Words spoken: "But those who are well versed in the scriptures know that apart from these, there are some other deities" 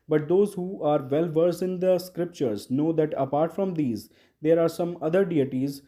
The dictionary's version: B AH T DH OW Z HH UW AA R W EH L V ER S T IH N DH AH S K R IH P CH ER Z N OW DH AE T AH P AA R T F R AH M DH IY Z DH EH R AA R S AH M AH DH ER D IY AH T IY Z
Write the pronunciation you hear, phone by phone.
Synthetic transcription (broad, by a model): B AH T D OW Z HH UW AA R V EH L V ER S IH N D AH S K R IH P CH ER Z N OW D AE T AH P AA R T F R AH M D IY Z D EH R AA R S AH M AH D ER D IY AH T IY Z